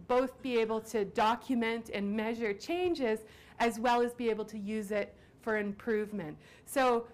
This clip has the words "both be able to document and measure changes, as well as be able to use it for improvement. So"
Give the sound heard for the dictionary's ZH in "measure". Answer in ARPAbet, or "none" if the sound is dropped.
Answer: ZH